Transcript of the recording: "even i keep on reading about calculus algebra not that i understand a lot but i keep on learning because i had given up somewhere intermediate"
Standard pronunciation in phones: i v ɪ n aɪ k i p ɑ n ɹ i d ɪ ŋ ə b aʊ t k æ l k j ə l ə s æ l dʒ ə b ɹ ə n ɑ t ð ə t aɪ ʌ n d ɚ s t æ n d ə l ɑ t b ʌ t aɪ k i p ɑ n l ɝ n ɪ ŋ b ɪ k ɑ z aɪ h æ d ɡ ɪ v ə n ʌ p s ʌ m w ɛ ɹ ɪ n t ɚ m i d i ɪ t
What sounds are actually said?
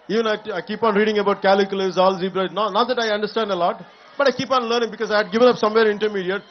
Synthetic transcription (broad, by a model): i v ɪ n aɪ k i p ɑ n ɹ i d ɪ ŋ ə b aʊ t k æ l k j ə l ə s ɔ l z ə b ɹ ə n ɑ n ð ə t aɪ ʌ n d ɚ s t æ n d ə l ɑ t b ʌ t aɪ k i p ɑ n l ɝ n ɪ ŋ b ɪ k ɑ z aɪ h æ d ɡ ɪ v ə n ʌ p s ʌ m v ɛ ɹ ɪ n t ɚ m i d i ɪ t